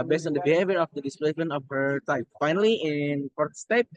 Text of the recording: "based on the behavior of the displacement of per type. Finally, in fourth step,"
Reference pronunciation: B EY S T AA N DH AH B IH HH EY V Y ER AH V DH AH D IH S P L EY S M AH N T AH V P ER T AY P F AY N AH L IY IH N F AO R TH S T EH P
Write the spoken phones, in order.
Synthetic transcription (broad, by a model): B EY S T AA N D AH B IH HH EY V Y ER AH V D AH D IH S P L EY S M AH N AH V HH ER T AY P F AY N AH L IY IH N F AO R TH S T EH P